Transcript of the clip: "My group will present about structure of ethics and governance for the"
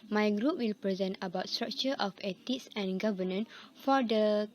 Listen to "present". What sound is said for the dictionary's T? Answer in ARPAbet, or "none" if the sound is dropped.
T